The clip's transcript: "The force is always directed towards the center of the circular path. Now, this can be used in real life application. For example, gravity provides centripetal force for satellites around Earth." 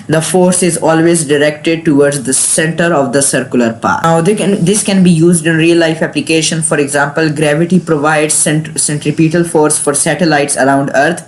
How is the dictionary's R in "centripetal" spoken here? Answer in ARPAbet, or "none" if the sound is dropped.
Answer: R